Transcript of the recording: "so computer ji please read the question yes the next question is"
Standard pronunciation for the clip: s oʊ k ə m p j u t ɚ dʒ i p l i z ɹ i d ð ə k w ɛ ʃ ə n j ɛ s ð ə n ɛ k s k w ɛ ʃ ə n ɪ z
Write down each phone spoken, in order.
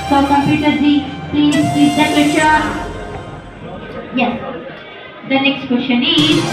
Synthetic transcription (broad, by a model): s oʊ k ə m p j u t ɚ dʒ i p l i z l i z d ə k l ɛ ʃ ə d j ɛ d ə n ɛ k s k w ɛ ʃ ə n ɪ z